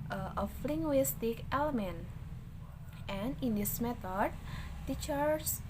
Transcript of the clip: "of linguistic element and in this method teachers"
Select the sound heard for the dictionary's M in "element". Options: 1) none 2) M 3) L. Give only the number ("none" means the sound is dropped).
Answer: 2